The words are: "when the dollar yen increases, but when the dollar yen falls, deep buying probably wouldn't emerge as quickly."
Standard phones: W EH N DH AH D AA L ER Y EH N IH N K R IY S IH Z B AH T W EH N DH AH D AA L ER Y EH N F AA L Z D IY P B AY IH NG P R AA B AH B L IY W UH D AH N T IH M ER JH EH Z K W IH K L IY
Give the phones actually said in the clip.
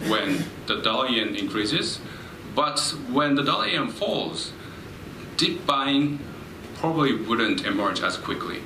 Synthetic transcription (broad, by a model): W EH N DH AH D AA L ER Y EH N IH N K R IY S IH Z B AH T W EH N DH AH D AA L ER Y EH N F AA L Z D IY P B AY IH NG P R AA B AH B L IY W UH D AH N T IH M ER JH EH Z K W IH K L IY